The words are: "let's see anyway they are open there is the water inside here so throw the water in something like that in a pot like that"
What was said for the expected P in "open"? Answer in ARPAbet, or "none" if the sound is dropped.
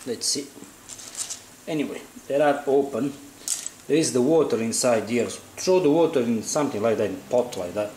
P